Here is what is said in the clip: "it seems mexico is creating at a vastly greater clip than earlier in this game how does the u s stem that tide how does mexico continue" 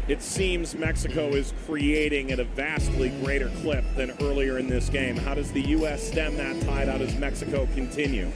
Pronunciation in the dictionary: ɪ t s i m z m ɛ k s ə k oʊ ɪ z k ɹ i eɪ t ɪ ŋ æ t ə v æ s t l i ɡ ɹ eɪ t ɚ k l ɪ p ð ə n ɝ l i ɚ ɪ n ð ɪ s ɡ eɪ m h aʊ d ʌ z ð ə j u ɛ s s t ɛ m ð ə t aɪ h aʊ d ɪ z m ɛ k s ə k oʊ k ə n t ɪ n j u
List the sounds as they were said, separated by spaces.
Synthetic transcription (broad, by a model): ɪ t s i m z m ɛ k s ə k oʊ ɪ z k ɹ i eɪ t ɪ ŋ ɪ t ə v æ s t l i ɡ ɹ eɪ t ɚ k l ɪ p ð ə n ɝ l i ɚ ɪ n ð ɪ s ɡ eɪ m h aʊ d ʌ z ð ə j u ɛ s s t ɛ m ð ə t aɪ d aʊ d ɪ z m ɛ k s ə k oʊ k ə n t ɪ n j u